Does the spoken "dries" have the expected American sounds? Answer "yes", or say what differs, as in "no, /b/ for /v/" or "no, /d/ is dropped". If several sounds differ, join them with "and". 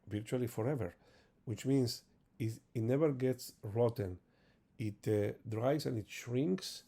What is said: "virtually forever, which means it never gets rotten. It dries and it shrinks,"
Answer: no, /s/ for /z/